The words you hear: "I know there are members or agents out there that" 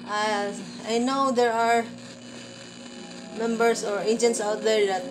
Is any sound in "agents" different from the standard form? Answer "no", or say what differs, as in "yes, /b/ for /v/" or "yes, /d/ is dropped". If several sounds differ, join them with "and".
no